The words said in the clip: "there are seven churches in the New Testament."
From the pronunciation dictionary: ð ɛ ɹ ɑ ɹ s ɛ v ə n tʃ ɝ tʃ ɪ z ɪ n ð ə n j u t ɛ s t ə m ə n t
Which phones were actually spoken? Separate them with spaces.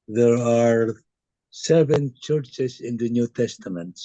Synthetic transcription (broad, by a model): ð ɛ ɹ ɑ ɹ s ɛ v ə n tʃ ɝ tʃ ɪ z ɪ n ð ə n j u t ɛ s t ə m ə n t